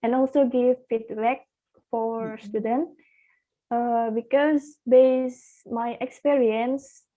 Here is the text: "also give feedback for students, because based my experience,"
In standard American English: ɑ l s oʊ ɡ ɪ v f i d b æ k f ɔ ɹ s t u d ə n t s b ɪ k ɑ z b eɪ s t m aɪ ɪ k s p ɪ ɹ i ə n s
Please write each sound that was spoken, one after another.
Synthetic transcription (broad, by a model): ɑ l s oʊ ɡ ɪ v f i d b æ k f ɔ ɹ s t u d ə n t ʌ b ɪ k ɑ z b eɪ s m aɪ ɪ k s p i ɹ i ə n s